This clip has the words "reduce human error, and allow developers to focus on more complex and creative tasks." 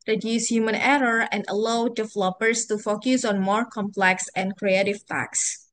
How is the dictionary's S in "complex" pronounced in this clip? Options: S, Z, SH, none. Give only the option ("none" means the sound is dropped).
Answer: S